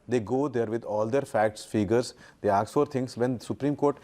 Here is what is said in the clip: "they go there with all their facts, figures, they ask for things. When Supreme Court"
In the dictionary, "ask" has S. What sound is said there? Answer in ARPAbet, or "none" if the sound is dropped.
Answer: none